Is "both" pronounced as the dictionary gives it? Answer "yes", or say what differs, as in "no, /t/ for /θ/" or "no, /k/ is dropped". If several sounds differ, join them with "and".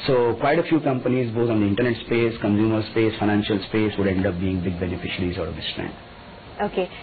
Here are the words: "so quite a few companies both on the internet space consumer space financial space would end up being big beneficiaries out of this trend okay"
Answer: no, /t/ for /θ/